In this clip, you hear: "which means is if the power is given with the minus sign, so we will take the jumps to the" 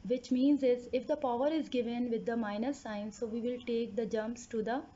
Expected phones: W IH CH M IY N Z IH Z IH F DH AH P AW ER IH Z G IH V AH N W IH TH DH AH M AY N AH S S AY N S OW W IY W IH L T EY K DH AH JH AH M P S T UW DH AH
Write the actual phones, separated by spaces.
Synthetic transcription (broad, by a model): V IH CH M IY N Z IH Z IH F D AH P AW ER IH Z G IH V AH N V IH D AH M AY N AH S S AY N S OW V IY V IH L T EY K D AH JH AH M P S T UW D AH